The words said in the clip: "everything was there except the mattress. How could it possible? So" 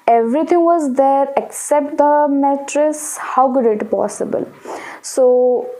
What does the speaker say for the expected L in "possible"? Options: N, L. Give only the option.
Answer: L